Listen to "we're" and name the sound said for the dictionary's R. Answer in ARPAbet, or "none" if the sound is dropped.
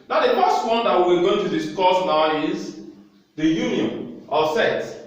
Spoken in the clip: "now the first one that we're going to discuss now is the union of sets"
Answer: W